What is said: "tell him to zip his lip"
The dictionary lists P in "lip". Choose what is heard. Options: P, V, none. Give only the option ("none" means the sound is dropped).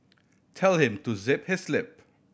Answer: P